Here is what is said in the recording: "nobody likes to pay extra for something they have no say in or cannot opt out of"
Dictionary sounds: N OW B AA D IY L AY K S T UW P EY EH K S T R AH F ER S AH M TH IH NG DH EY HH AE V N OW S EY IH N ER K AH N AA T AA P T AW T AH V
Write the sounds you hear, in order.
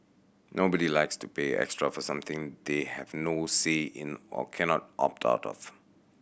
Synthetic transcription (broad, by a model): N OW B AA D IY L AY K S T UW P EY EH K S T R AH F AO S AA M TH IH NG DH EY HH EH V N OW S EY IH N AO K AH N AA T AA P T AW T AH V